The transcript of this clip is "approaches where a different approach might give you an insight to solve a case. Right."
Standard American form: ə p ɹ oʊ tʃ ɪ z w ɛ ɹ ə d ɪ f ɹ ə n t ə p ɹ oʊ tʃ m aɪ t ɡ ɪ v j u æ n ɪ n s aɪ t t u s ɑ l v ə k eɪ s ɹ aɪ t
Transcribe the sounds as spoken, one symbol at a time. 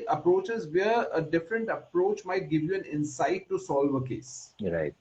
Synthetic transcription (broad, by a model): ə p ɹ oʊ tʃ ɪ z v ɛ ɹ ə d ɪ f ɹ ə n t ə p ɹ oʊ tʃ m aɪ t ɡ ɪ v j u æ n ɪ n s aɪ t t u s ɑ l v ə k eɪ s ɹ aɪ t